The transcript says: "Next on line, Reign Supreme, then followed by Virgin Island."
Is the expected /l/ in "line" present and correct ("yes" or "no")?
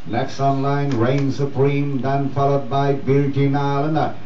yes